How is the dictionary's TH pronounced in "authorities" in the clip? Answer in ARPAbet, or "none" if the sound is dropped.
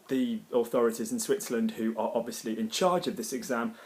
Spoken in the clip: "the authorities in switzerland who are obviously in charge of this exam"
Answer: TH